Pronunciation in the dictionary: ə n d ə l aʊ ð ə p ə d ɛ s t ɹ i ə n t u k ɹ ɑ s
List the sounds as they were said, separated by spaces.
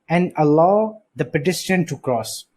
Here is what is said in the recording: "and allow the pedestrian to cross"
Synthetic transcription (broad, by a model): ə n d ə l aʊ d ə p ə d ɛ t i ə n t u k ɹ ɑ s